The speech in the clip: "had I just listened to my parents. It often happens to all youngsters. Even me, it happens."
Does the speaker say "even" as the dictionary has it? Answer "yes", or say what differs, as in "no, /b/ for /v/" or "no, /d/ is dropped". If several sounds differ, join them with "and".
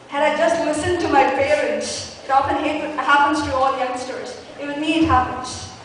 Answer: no, /w/ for /v/